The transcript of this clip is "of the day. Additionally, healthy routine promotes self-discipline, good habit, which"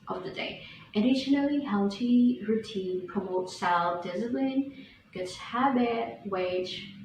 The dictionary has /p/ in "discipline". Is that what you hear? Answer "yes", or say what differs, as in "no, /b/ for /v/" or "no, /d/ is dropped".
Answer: no, /b/ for /p/